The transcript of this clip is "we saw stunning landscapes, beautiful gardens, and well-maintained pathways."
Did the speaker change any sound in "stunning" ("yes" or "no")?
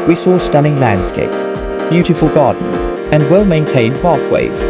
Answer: yes